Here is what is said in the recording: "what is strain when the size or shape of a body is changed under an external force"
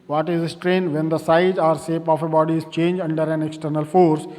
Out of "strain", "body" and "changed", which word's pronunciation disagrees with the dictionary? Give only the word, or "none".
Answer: changed